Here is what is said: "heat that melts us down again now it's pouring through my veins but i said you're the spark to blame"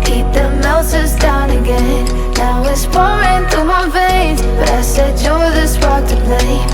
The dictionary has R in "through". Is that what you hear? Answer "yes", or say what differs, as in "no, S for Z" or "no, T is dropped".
no, R is dropped